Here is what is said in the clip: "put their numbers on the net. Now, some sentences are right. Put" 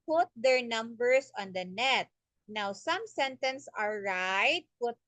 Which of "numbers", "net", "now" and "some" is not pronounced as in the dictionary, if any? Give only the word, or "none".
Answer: numbers